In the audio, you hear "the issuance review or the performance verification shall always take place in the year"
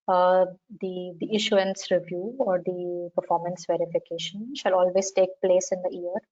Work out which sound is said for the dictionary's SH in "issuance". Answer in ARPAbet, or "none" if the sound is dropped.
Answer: SH